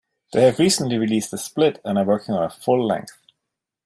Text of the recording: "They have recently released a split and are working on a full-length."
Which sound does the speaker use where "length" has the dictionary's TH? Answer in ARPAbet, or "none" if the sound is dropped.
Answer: TH